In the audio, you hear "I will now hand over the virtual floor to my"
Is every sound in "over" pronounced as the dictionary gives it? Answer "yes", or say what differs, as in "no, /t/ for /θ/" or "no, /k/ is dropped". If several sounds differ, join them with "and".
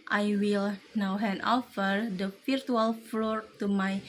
no, /f/ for /v/